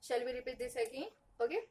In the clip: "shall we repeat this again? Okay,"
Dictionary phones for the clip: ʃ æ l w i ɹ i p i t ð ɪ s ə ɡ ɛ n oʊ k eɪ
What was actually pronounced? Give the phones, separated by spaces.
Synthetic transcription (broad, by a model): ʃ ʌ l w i ɹ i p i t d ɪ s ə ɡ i oʊ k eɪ